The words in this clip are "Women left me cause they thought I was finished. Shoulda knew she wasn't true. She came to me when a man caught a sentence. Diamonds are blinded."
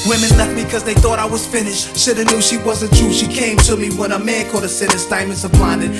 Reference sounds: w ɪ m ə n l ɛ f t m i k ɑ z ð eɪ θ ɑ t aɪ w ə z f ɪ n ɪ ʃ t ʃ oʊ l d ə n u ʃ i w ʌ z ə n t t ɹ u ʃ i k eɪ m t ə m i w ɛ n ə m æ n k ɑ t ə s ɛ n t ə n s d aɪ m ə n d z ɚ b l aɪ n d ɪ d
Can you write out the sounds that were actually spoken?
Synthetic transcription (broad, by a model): w ɪ m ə n l ɛ f t m i k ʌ z ð eɪ θ ɑ t aɪ w ə z f ɪ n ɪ ʃ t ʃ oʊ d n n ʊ ʃ i w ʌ z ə n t t ɹ u ʃ i k eɪ m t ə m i w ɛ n ə m æ n k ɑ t ə s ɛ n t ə s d aɪ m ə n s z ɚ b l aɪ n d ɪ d